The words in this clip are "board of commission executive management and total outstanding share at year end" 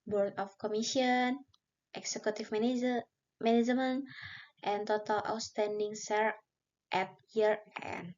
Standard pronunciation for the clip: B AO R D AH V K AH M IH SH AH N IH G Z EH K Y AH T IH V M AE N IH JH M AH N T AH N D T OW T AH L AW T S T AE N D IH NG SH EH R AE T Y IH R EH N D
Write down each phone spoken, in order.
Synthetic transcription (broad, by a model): B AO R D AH F K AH M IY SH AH N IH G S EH K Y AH T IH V M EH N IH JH M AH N T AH N T OW T AH L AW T S T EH N D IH NG S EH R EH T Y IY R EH N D